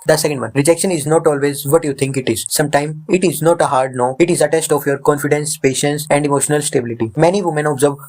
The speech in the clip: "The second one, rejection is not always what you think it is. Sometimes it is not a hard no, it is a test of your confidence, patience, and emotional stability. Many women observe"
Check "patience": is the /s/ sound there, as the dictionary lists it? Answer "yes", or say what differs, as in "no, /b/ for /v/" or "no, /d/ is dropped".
yes